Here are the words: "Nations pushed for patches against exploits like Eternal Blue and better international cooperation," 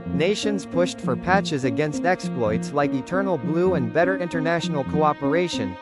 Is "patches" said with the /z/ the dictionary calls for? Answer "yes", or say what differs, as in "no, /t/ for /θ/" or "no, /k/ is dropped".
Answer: yes